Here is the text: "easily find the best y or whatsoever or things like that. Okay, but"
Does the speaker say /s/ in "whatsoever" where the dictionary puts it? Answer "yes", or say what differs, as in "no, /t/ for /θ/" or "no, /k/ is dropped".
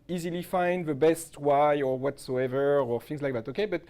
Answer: yes